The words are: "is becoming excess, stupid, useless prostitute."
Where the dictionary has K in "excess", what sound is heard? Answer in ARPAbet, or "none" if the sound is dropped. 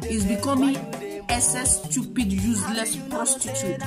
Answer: none